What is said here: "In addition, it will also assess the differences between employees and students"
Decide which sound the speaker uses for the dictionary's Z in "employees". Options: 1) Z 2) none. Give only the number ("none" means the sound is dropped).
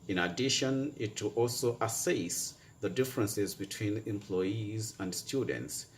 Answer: 1